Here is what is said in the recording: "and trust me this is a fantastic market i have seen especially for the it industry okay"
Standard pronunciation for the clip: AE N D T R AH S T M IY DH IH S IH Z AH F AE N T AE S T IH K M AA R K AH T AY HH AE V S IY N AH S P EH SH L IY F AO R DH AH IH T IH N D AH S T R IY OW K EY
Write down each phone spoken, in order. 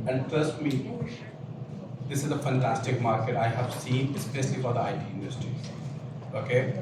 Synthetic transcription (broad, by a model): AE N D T AH S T M IY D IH S IH Z AH F AE N T AE S T IH K M AA R K AH T AY HH AE V S IY N AH S P EH SH L IY F AO R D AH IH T IH N D AH S T R IY OW K EY